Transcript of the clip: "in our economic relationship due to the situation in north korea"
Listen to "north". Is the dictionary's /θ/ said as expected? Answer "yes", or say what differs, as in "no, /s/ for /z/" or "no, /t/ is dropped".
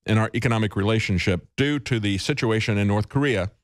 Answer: yes